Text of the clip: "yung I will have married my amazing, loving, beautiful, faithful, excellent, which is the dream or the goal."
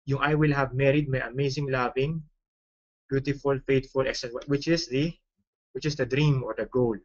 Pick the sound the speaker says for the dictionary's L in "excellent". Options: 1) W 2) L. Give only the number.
1